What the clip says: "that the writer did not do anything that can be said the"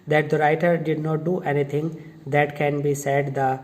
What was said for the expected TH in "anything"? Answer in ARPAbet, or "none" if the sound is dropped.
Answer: T